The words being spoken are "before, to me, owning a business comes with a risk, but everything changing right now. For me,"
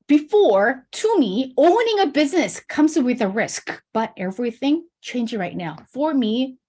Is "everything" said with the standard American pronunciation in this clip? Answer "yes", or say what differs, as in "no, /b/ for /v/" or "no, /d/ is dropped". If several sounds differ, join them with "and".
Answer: yes